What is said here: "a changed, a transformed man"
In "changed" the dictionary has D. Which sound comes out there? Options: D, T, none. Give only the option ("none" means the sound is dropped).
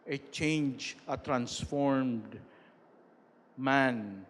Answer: none